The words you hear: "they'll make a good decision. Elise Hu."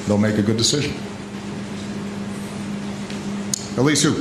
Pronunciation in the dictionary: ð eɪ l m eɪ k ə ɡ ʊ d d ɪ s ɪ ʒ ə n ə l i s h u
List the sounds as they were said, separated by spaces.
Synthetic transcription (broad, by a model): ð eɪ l m eɪ k ə ɡ ʊ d d ɪ s ɪ ʒ ə n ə l i s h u